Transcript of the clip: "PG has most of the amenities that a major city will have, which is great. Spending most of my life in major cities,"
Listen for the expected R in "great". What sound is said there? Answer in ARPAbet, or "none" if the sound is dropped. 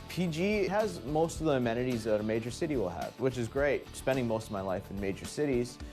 R